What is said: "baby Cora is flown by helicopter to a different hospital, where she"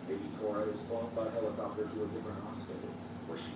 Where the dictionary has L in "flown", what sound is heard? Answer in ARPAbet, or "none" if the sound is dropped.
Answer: none